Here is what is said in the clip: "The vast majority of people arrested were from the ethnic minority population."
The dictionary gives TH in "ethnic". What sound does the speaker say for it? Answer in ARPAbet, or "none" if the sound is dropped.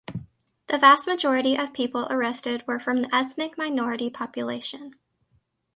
TH